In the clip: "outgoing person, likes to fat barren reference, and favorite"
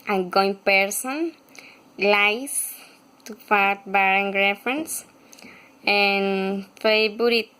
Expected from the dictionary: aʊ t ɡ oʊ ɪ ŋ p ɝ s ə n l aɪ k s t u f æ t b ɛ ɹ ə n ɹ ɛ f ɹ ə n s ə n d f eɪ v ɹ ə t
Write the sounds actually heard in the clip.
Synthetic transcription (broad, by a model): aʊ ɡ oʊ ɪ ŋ p ɝ s ə n l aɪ s t u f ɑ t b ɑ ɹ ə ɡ ɹ ɛ f ɹ ə n s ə n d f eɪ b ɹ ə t